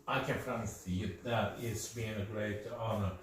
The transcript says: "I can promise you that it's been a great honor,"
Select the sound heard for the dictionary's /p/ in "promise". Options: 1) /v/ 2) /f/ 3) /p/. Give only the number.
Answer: 2